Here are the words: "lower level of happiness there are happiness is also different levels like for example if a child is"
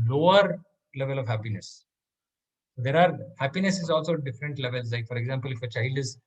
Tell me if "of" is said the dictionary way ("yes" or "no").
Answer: yes